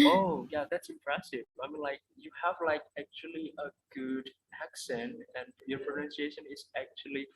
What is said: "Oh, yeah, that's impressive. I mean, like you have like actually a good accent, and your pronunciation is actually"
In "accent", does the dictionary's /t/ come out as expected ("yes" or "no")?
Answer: yes